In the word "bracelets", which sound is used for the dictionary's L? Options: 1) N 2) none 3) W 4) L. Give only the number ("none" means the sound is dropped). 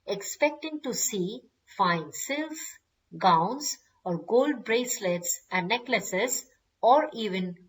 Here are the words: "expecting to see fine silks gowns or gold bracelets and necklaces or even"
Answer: 4